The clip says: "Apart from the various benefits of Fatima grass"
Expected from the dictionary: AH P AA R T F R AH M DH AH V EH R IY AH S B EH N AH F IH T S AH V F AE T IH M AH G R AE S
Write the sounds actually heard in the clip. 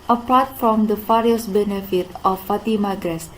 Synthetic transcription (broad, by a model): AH P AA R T F R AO M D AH F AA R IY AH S B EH N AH F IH T AH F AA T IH M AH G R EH S